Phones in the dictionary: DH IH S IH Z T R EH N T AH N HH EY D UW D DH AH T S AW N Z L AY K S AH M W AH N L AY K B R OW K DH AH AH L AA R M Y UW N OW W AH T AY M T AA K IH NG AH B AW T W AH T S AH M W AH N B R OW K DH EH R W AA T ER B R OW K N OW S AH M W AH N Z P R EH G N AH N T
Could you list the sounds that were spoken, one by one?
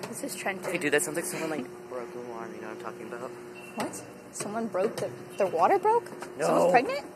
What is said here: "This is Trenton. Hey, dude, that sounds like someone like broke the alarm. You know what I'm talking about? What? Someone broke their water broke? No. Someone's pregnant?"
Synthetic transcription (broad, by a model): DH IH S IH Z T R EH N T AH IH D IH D DH AH T S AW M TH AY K S AH M W AH N L AY K B R OW K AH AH N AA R M Y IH N OW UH AY M T AA K IH NG AH B AW T W AH T S AH M W AH N B R OW K DH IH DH W AA T ER B R OW K N OW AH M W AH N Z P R EH G N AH N T